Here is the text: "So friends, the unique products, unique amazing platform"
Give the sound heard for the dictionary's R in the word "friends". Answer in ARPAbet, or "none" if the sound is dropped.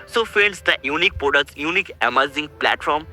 none